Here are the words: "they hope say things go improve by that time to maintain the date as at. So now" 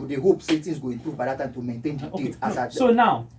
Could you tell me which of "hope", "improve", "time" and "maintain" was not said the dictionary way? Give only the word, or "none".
none